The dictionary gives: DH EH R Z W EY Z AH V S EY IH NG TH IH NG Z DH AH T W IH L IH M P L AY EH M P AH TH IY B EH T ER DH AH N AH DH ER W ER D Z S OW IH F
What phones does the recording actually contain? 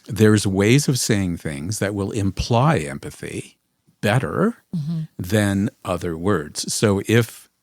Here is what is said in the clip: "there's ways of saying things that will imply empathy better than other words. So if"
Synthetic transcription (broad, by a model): DH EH R Z W EY Z AH V S EY IH NG TH IH NG Z DH AH T W IH L IH M P L AY EH M P AH TH IY B EH T ER DH AH N AH DH ER W ER D Z S OW IH F